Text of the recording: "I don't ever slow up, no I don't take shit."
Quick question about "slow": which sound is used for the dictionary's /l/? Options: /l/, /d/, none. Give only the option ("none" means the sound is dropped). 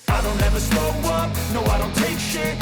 none